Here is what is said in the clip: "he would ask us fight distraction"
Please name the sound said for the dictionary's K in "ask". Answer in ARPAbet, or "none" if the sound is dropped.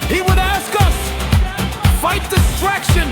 K